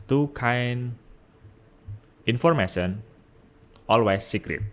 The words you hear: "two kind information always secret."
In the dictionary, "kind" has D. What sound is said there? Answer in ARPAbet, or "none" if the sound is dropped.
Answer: none